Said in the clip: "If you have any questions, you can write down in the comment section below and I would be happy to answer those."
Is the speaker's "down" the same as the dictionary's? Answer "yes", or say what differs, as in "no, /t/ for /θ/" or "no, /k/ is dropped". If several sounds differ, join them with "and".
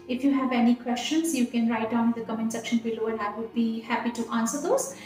no, /n/ is dropped